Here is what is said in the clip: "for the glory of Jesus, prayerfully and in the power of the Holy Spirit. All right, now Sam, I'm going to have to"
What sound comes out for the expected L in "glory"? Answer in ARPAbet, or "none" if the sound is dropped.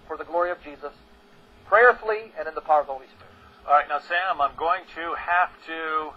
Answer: L